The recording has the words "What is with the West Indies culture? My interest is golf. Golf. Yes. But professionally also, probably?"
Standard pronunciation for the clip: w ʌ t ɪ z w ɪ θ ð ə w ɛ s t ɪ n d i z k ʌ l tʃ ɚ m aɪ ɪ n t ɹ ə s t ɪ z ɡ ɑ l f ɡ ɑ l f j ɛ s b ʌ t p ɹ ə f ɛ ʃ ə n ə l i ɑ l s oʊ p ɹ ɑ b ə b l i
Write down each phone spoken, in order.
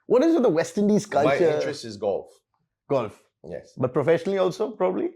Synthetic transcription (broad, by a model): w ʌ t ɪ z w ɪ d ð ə w ɛ s t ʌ n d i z k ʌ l ɑ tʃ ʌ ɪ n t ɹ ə s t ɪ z ɡ ɑ l f ɡ ɑ l f j ɛ s b ʌ t p ɹ ə f ɛ ʃ ə n ə l i ɑ l s oʊ p ɹ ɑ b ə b l i